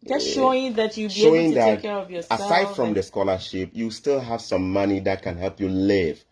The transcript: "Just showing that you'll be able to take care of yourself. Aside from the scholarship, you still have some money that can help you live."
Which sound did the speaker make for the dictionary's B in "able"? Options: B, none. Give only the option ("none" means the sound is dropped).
none